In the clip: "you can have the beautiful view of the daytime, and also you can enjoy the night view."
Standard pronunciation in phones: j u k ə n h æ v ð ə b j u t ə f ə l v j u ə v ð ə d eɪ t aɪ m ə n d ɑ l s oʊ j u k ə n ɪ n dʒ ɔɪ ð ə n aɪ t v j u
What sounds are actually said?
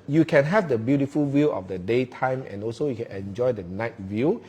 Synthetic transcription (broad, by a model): j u k ə n h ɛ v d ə b j u t ə f ə l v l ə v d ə d eɪ t aɪ m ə n ɑ l s oʊ j u k ə n ɪ n dʒ ɔɪ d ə n aɪ t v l